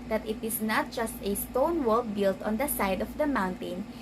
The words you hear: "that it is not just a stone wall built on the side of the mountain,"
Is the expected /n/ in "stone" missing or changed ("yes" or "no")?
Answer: no